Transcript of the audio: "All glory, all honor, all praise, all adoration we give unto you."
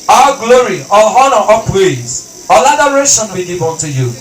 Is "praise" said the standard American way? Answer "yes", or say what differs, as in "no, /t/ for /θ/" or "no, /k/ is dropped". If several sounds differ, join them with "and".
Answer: no, /w/ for /ɹ/